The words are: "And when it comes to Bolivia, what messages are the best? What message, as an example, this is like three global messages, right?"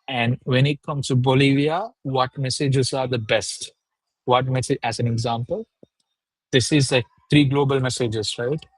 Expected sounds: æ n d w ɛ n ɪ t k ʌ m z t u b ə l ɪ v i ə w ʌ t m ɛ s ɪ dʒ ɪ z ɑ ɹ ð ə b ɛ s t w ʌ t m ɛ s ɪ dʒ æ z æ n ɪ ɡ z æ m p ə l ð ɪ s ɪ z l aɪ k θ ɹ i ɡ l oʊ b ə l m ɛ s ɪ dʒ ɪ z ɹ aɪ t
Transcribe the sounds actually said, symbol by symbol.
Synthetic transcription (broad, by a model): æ n d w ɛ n ɪ t k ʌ m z t u b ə l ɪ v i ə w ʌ t m ɛ s ɪ dʒ ɪ z ɑ ɹ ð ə b ɛ s t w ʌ t m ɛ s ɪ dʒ æ z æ n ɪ ɡ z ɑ m p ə l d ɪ s ɪ z l aɪ k t ɹ i ɡ l oʊ b ə l m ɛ s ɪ dʒ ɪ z ɹ aɪ t